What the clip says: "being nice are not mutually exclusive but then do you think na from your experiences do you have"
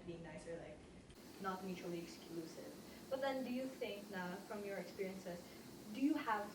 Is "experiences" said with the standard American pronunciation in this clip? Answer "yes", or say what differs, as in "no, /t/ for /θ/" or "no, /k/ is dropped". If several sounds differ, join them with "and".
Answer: no, /s/ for /z/